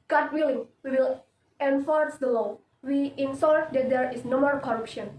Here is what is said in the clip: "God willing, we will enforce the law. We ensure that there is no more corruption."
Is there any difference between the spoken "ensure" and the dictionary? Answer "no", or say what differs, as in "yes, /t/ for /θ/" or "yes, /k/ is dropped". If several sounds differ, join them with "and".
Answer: yes, /s/ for /ʃ/